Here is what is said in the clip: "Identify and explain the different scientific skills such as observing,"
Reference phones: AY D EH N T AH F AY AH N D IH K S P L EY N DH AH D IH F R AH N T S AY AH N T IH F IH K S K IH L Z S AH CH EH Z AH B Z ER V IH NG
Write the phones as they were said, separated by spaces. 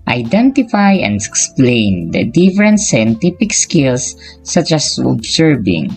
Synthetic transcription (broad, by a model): AY D EH N T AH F AY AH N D IH K S P L EY N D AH D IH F R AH N T S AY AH N T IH P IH K S K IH L S AH CH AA S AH B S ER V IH NG